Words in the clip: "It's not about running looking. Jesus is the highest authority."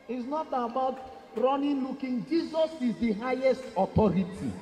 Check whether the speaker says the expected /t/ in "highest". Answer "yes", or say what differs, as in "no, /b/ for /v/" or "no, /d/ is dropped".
yes